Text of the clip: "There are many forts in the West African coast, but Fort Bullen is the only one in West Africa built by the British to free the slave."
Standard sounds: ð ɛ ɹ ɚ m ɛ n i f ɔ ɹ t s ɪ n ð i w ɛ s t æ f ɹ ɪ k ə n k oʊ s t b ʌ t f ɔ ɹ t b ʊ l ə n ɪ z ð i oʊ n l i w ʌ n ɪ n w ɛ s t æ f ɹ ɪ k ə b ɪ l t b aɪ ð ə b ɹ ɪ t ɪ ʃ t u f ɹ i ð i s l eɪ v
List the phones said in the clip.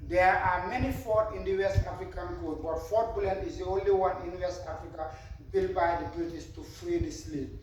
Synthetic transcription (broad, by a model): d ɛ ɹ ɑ m ɛ n i f ɔ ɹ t ɪ n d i w ɛ s t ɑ f ɹ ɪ k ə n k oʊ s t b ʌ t f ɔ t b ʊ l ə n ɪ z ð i oʊ n l i w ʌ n ɪ n w ɛ s t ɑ f ɹ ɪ k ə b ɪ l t b aɪ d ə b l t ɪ s t u f ɹ i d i s l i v